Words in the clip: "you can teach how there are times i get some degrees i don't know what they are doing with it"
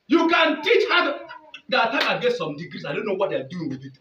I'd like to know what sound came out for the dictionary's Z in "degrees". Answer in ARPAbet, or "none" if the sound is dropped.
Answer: S